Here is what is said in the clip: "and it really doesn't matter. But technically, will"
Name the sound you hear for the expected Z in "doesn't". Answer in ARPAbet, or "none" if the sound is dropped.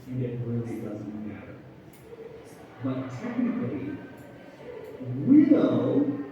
Z